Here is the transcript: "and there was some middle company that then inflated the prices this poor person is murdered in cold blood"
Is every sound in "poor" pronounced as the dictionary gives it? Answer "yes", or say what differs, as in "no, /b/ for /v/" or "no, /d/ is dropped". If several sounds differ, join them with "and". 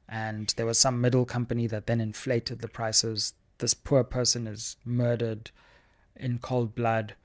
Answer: yes